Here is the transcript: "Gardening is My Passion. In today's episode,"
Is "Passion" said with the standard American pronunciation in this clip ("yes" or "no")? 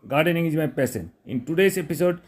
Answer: no